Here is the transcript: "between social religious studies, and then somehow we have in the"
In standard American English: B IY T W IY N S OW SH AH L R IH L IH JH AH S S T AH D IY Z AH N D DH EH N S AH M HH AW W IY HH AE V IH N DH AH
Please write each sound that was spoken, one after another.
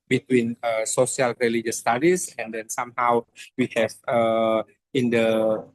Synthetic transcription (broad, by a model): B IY T W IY N S OW S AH L R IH L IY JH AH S S T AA D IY S AH N D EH N S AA M HH AW W IY HH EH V IH N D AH